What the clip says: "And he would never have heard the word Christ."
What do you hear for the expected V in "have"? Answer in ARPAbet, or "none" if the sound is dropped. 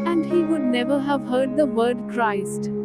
V